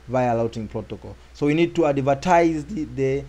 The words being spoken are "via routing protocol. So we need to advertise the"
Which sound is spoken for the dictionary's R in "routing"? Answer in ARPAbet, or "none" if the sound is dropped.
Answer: L